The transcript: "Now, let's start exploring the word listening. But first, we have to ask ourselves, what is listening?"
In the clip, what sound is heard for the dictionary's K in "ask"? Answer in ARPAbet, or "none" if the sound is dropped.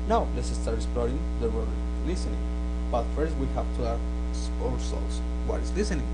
none